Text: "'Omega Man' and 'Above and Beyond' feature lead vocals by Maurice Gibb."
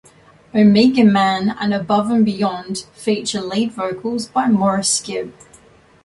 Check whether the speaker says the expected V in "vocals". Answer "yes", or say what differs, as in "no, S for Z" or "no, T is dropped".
yes